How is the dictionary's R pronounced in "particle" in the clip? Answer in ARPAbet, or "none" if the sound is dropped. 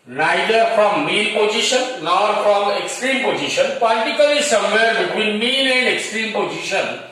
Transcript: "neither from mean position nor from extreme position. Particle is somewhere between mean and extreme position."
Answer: L